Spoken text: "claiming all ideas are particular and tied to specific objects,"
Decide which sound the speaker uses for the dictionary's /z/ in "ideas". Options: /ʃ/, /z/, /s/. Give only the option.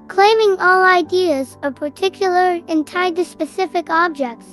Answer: /z/